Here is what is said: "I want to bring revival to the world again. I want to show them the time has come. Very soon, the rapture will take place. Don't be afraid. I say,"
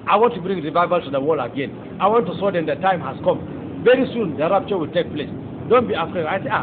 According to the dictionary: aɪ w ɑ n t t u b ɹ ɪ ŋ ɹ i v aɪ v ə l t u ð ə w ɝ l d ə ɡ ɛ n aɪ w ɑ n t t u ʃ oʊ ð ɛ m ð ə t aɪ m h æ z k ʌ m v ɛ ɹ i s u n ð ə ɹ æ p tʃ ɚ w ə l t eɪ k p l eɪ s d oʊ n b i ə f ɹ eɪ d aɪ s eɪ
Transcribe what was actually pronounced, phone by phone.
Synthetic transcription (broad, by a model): aɪ w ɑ n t t u b ɹ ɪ ŋ ɹ i v aɪ v ə l t u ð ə w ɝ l ə ɡ ɛ n aɪ w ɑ n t t u s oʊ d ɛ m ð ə t aɪ m h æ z k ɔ m v ɛ ɹ i s u n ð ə ɹ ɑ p tʃ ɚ w ə l t eɪ k p l eɪ s d oʊ n b i ə f ɹ eɪ d aɪ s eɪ